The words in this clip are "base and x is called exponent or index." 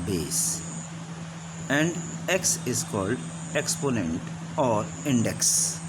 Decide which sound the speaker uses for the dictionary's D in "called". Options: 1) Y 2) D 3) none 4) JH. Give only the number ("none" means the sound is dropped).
2